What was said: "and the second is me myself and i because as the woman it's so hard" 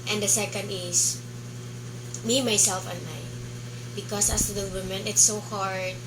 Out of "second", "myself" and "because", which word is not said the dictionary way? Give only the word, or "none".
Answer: because